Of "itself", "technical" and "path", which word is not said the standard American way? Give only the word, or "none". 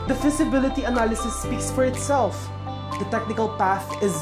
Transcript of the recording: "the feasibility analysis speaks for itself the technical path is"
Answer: none